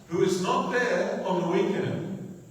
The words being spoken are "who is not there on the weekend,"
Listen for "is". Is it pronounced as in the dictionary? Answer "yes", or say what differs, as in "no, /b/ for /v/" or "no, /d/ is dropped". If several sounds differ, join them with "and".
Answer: yes